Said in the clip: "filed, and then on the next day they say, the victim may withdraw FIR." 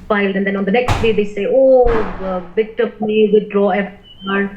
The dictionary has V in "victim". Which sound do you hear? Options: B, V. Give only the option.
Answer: B